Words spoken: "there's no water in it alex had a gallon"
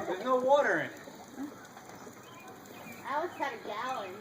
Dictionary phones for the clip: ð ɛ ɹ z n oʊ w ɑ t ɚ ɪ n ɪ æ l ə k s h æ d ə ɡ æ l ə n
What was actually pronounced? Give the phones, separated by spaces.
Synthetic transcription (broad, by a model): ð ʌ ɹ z n oʊ w ɑ t ɚ ɪ n ɪ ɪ w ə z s ə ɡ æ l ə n